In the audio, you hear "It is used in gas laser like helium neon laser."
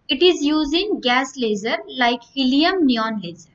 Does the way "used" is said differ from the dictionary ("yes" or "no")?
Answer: yes